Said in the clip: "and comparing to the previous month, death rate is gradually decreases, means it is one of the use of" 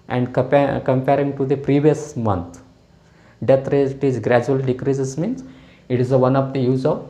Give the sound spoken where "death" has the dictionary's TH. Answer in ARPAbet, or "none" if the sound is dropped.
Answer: T